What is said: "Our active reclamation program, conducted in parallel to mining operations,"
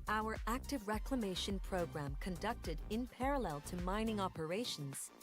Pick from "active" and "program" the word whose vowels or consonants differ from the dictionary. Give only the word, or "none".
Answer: none